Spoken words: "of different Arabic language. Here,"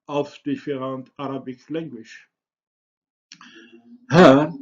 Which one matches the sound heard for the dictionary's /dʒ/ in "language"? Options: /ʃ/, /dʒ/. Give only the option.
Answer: /ʃ/